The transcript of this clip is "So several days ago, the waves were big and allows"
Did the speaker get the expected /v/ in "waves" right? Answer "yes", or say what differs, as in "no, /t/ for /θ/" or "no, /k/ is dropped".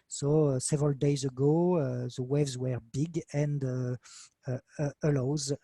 yes